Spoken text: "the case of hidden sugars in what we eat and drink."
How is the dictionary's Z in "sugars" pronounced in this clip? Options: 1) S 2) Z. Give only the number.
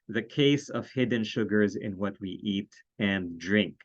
2